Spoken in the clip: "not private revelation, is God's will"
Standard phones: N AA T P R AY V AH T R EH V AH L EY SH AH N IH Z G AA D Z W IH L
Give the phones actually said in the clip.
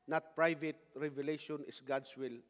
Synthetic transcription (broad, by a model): N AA T P R AY V AH T R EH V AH L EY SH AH N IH S G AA D S W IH L